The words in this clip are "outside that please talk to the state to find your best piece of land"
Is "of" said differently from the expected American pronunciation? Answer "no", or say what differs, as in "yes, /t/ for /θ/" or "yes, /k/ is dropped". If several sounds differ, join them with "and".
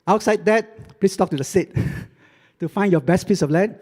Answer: yes, /f/ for /v/